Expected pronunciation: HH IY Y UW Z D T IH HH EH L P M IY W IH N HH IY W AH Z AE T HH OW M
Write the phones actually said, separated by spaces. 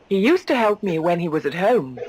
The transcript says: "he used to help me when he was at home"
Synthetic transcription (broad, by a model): HH IY Y UW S T IH HH EH L P M IY W IH N IY W AH Z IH T HH OW M